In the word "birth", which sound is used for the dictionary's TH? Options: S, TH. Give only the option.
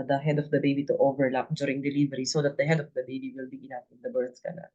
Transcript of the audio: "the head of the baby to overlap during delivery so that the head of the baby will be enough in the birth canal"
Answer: S